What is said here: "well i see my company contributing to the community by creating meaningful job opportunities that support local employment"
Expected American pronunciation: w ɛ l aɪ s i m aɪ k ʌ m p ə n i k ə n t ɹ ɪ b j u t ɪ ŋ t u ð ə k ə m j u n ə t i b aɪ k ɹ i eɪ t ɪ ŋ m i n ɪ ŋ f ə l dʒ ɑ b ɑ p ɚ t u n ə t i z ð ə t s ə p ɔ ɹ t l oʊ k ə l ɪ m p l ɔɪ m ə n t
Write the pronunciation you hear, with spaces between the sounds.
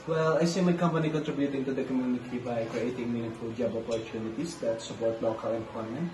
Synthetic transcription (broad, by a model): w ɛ l aɪ s i m aɪ k ʌ m p ə n i k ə n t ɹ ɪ b j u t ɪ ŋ t u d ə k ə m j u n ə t i b aɪ k ɹ i eɪ t ɪ ŋ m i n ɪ f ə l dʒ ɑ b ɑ p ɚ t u n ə t i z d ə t s ə p ɔ ɹ t l oʊ k ə l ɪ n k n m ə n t